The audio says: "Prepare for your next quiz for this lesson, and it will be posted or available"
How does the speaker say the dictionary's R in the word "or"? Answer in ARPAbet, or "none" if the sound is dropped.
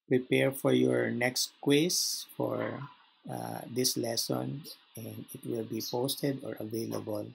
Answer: R